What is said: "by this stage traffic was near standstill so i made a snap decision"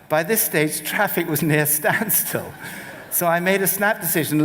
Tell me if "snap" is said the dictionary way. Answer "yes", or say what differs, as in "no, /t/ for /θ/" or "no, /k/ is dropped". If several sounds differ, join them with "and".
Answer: yes